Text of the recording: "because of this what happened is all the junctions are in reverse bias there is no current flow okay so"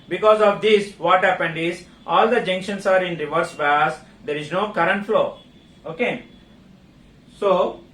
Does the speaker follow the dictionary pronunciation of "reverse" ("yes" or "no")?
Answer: yes